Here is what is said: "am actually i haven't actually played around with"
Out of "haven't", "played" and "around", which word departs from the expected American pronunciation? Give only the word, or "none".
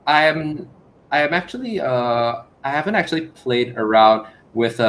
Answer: none